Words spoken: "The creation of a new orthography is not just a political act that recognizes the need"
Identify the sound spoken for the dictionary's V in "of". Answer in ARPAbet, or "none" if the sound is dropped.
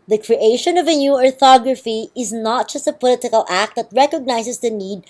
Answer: V